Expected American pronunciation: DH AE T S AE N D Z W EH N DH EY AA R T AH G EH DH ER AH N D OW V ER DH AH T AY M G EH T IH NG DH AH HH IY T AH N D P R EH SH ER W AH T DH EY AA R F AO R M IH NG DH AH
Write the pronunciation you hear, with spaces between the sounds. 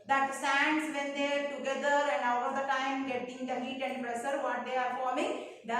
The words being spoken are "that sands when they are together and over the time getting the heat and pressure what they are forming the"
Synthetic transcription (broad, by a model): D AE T S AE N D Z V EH N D EY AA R T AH G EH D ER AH N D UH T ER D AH T AY M G EH T IH NG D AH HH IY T AH N D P R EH S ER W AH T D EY AA R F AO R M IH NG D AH